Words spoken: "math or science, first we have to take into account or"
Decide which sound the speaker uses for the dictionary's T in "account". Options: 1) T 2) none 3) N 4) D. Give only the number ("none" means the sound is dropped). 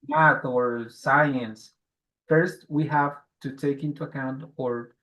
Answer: 1